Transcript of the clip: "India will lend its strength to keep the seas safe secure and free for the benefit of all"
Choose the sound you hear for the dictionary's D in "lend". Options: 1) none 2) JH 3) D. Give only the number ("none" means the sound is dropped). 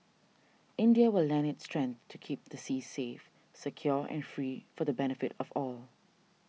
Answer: 1